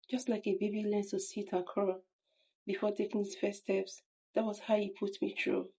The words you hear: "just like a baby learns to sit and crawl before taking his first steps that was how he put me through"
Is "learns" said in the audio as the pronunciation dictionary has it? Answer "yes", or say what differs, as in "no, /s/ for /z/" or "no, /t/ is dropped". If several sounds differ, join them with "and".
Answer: no, /z/ is dropped